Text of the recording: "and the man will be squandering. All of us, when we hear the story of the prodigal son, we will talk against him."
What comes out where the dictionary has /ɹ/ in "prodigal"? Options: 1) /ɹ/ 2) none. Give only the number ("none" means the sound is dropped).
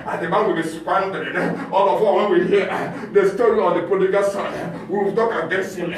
2